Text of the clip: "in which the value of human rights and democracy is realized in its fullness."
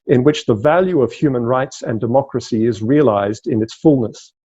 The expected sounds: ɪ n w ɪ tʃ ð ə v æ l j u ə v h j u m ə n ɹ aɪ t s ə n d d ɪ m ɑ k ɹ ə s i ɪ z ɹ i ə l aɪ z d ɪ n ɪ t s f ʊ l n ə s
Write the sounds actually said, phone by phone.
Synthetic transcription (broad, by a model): ɪ n w ɪ tʃ ð ə v æ l j u ə v h j u m ə n ɹ aɪ t s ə n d d ɪ m ɑ k ɹ ə s i ɪ z ɹ i ə l aɪ z d ɪ n ɪ t s f ʊ l n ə s